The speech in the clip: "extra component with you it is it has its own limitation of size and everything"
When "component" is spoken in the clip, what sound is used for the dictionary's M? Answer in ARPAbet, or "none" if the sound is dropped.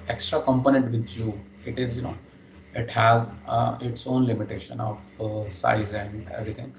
M